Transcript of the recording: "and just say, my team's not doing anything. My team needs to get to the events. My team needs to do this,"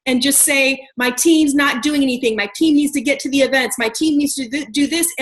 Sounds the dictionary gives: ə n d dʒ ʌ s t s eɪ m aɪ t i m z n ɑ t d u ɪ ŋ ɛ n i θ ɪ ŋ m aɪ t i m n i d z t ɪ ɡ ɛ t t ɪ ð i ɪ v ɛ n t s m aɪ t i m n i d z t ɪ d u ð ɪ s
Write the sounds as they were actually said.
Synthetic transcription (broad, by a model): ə n dʒ ʌ s t s eɪ m aɪ t i m z n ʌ t d u ɪ ŋ ɛ n i θ ɪ ŋ m aɪ t i m n i d z t ɪ ɡ ɛ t t ɪ ð i ɪ v ɛ n t s m aɪ t i m n i d z t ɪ d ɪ ð ɪ s